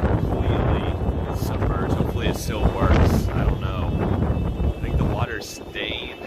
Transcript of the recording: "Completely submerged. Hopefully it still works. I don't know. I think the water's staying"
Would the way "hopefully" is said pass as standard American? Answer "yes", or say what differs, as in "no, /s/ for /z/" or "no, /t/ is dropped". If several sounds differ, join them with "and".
no, /l/ is dropped